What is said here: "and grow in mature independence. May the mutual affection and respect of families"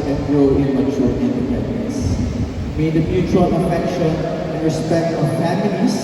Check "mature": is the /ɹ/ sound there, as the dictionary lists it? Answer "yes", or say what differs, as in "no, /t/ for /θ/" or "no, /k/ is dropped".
no, /l/ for /ɹ/